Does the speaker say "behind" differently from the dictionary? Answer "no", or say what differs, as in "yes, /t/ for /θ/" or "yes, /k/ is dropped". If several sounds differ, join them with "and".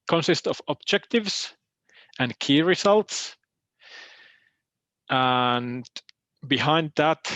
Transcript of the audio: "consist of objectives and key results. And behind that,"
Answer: no